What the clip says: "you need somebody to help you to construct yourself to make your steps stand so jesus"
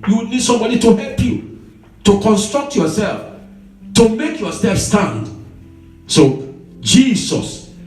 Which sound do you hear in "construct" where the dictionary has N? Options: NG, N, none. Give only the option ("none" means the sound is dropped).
N